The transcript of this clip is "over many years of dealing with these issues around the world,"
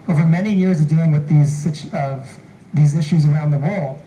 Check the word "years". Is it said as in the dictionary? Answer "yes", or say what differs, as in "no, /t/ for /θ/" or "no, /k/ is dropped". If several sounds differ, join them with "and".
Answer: yes